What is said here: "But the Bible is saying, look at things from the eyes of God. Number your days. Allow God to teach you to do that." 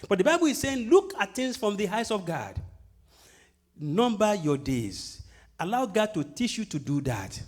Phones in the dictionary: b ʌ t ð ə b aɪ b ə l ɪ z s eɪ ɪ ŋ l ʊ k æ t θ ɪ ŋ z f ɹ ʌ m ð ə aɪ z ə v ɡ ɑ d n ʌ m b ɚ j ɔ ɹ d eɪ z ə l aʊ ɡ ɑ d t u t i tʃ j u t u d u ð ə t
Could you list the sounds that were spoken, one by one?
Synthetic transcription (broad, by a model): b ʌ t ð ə b aɪ b ə l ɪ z s eɪ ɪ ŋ l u k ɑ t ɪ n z f ɹ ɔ m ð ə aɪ s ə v ɡ ɑ d n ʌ m b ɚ j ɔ d eɪ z ə l aʊ ɡ ɑ d t u t i tʃ j u t u d u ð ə t